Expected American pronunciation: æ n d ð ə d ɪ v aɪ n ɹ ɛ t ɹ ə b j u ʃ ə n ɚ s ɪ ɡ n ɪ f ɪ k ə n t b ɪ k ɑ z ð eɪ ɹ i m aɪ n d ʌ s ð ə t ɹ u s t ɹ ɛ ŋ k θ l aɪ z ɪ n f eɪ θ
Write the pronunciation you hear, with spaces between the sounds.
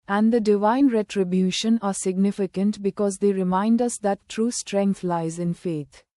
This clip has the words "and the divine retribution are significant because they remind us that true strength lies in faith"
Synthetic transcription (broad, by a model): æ n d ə d ɪ v aɪ n ɹ ɛ t ɹ ə b j u ʃ ə n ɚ s ɪ ɡ n ɪ f ɪ k ə n t b ɪ k ɑ z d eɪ ɹ i m aɪ n d ʌ s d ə t ɹ u s t ɹ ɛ ŋ k t l aɪ z ɪ n f eɪ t